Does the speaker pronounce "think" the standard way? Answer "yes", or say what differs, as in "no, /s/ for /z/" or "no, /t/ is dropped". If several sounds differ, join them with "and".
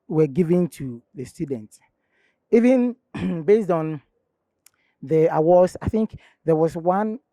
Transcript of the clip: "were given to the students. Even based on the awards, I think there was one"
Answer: yes